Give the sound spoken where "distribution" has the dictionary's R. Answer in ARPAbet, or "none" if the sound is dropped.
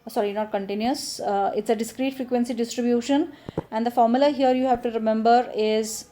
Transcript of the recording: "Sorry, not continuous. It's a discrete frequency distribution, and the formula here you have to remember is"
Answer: R